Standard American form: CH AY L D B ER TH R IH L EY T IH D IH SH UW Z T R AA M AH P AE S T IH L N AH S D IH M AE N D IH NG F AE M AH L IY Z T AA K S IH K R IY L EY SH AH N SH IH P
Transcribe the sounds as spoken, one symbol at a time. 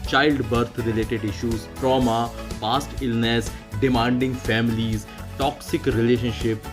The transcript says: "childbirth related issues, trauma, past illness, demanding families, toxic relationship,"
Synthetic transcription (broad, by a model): CH AY L D B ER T R IH L EY T IH D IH SH UW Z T R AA M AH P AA S T IH L N AH S D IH M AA N D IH NG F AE M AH L IY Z T AA K S IH K R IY L EY SH AH N SH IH P